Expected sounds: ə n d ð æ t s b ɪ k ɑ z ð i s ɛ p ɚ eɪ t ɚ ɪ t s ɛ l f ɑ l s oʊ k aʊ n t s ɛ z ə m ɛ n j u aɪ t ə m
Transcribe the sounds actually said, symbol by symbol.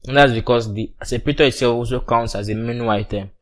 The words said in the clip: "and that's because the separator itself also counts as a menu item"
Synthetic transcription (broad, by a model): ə n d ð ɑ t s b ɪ k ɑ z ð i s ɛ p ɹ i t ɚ ɪ t s ɛ l f ɑ l s oʊ k aʊ n t s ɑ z ə m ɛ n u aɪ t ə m